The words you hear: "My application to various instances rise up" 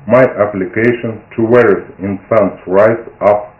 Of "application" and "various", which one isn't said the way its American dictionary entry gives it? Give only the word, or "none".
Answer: various